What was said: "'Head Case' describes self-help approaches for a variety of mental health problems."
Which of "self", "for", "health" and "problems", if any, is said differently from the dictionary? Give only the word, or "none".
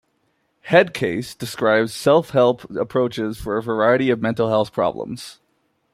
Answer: none